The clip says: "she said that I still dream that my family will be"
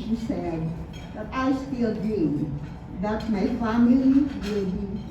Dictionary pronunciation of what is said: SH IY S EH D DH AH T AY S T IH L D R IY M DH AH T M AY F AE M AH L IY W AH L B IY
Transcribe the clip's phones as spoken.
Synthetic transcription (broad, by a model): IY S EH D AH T AY S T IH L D IY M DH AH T M AY F AE M AH L IY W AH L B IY